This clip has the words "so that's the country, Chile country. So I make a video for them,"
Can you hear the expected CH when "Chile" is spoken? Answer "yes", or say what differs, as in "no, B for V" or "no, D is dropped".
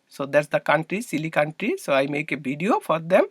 no, S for CH